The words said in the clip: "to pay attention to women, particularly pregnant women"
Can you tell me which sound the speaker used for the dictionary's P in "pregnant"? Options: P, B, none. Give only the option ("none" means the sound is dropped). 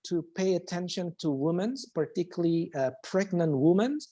P